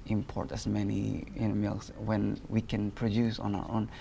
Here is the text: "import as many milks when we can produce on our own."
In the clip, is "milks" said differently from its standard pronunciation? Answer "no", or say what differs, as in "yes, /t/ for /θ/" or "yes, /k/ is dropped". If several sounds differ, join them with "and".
yes, /k/ is dropped